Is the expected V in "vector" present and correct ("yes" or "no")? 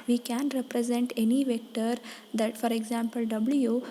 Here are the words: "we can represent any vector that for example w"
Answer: yes